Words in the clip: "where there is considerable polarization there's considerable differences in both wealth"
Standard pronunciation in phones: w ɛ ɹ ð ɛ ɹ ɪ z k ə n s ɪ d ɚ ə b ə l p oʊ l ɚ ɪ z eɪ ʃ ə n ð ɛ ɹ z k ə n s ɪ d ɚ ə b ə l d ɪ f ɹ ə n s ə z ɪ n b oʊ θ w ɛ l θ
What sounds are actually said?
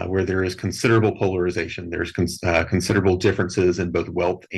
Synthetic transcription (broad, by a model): w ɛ ɹ ð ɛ ɹ ɪ z k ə n s ɪ d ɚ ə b l p oʊ l ɚ ɪ z eɪ ʃ ə n ð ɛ ɹ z k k n s ɪ d ɚ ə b l d ɪ f ɹ ə n s ə z ɪ n b oʊ θ w ɛ l θ